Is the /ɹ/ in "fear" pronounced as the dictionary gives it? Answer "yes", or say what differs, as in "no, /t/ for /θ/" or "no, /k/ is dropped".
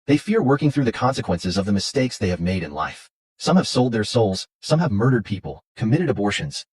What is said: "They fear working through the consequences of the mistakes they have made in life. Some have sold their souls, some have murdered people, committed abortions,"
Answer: yes